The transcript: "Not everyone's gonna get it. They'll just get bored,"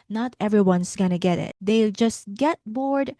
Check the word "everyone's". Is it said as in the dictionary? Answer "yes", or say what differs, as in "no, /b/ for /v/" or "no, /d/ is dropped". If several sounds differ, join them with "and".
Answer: no, /s/ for /z/